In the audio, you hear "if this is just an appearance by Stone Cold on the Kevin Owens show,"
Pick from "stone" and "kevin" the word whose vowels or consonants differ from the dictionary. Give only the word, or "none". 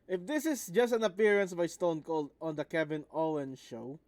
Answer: kevin